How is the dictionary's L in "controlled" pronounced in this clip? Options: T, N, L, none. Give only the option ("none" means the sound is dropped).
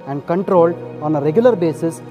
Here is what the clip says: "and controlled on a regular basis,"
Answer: L